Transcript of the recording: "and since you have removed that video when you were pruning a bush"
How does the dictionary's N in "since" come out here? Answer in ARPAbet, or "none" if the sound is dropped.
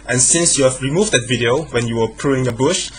N